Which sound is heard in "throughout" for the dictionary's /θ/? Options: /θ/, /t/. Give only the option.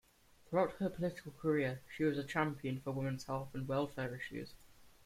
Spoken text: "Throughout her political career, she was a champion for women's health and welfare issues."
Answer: /θ/